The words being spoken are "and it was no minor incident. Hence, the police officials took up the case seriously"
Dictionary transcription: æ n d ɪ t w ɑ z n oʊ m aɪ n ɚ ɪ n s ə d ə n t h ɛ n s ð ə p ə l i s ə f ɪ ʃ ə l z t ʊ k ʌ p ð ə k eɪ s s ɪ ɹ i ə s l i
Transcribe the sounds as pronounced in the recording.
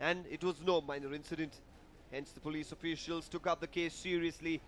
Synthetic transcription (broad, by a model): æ n d ɪ t w ɑ z n oʊ m aɪ n ɚ ɪ n s ə d ə n t h ɛ n s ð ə p ə l i s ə f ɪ ʃ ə l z t ʊ k ʌ p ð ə k eɪ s s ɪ ɹ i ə s l i